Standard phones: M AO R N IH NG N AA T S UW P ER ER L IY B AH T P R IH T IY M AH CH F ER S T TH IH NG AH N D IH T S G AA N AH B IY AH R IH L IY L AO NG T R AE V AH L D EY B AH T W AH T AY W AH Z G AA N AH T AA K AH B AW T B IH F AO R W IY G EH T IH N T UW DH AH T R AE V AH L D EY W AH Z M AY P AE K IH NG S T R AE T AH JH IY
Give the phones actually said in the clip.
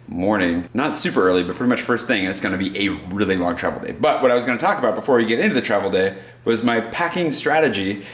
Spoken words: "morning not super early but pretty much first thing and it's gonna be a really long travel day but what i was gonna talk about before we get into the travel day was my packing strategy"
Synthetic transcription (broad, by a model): M AO R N IH NG N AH T S UW P ER ER L IY B AH T P R IH T IY M AH CH F ER S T TH IH NG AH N IH T S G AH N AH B IY AH R IH L IY L AO NG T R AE V L D EY B AH T W AH T AY W AH Z G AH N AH T AA K AH B AW T B IH F AO R W IY G EH T IH N T UW DH AH T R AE V L D EY W AH Z M AY P AE K IH NG S T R AE T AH JH IY